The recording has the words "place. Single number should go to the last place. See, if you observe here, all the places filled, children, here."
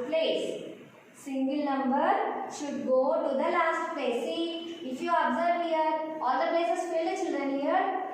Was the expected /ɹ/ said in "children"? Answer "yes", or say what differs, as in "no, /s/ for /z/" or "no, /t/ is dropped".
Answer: no, /ɹ/ is dropped